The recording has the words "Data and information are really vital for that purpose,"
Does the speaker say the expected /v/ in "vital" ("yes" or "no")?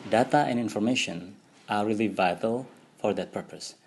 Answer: yes